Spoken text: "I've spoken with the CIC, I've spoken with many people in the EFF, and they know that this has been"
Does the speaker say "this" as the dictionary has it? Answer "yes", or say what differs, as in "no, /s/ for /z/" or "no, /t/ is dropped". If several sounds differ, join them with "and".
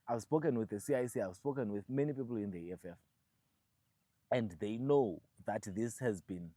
yes